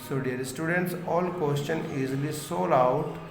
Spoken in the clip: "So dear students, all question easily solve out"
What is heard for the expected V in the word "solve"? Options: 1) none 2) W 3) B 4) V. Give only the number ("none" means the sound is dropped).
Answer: 1